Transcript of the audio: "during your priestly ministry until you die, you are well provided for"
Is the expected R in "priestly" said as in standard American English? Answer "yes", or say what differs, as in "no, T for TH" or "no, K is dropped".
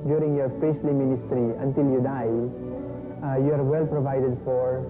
no, R is dropped